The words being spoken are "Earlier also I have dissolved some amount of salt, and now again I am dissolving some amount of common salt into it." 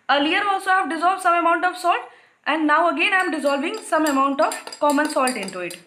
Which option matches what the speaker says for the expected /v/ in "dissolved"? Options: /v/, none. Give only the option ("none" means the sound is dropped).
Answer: /v/